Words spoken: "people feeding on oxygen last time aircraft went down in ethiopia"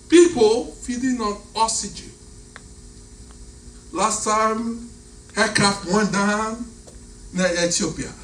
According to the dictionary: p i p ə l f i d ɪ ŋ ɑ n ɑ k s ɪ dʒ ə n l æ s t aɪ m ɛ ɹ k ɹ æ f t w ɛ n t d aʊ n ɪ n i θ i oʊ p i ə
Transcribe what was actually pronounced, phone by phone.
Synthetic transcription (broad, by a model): p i p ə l f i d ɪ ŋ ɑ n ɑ s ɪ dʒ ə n l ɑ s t aɪ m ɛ k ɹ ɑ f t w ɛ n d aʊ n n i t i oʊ p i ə